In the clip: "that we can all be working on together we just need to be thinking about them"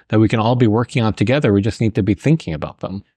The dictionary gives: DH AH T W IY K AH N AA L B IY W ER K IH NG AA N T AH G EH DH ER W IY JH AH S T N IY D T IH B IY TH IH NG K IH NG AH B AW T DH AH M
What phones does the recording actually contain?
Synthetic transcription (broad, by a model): DH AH T W IY K AH N AA L B IY W ER K IH NG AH N T AH G EH DH ER W IY JH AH S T N IY D T IH B IY TH IH NG K IH NG AH B AW T DH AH M